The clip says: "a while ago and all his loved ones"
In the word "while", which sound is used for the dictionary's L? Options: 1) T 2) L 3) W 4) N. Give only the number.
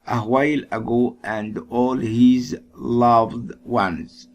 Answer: 2